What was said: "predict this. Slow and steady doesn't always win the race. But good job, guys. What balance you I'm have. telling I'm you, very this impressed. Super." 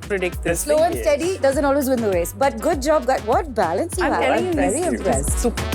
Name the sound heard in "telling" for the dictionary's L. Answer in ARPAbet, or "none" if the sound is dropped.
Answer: none